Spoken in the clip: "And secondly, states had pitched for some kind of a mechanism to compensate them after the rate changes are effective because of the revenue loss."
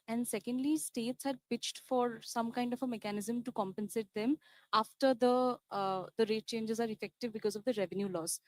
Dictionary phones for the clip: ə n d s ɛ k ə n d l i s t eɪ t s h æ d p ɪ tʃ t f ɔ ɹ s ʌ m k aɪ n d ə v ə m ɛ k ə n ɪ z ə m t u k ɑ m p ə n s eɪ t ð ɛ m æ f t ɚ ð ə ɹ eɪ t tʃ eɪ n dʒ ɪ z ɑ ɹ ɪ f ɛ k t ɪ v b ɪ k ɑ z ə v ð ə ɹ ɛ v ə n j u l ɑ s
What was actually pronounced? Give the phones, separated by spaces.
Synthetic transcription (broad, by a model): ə n d s ɛ k ə n d l i s t eɪ t s h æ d p ɪ tʃ t f ɔ ɹ s ʌ m k aɪ n d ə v ə m ɛ k ə n ɪ z ə m t u k ɑ m p ə n s eɪ t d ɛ m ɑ f t ɚ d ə ɹ eɪ t tʃ eɪ n dʒ ɪ z ɑ ɹ ɪ f ɛ k t ɪ v b ɪ k ɑ z ə v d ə ɹ ɛ v ə n j u l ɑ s